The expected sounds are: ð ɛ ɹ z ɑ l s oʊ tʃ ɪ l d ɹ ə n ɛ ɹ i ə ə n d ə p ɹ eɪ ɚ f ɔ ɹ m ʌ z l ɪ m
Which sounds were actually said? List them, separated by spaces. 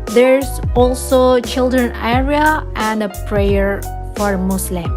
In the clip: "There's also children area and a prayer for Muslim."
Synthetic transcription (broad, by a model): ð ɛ ɹ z ɑ l s oʊ tʃ ɪ l d ɹ ə n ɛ ɹ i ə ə n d ə p ɹ eɪ ɚ f ɔ ɹ m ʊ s l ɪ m